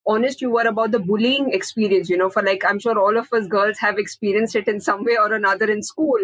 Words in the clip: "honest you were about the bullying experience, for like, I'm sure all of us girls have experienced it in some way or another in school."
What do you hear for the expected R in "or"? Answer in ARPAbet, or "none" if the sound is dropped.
R